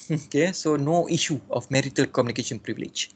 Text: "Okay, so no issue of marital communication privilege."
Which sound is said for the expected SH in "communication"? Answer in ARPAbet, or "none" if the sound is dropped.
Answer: SH